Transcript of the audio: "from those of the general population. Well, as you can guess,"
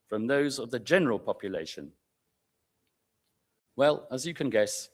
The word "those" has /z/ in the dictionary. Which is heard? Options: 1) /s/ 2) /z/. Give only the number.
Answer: 2